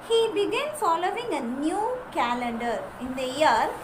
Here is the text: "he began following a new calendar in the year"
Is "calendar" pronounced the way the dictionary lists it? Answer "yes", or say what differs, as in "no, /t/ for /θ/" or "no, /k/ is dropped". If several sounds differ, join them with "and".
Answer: yes